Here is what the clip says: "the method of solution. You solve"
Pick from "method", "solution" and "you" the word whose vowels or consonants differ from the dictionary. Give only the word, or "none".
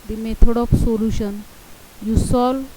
method